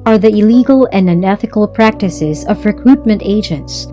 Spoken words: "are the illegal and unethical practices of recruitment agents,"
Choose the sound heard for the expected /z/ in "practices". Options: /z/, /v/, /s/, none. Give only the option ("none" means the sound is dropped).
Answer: /z/